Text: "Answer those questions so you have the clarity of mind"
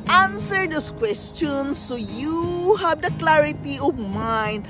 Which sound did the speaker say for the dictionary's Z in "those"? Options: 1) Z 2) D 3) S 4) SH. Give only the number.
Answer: 3